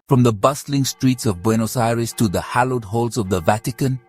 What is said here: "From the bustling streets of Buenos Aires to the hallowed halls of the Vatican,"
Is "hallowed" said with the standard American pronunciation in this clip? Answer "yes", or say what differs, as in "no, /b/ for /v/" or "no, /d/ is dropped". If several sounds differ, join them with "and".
yes